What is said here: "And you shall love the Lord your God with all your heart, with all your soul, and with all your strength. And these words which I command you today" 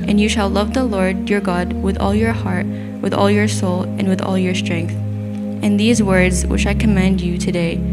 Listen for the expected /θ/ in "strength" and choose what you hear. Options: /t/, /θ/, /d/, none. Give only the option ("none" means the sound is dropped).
/θ/